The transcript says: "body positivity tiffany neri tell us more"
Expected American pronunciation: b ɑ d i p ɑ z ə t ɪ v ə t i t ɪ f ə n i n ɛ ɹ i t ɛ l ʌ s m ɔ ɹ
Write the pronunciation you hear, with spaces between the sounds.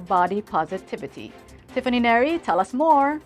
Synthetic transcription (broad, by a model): b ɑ d i p ɑ z ə t ɪ v ə t i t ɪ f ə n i n ɛ ɹ i t ɛ l ʌ s m ɔ ɹ